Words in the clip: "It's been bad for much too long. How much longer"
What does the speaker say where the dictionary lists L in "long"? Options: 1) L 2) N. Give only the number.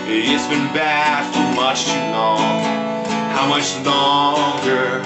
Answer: 2